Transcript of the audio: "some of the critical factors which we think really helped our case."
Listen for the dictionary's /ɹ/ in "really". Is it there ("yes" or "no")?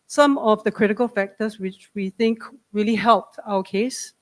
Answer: yes